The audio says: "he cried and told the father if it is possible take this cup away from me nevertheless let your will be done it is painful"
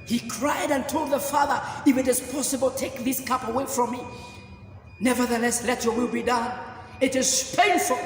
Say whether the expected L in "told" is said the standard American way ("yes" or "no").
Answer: yes